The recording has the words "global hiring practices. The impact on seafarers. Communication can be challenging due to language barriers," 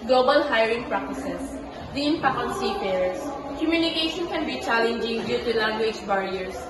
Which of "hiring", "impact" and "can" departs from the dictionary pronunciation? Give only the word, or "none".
impact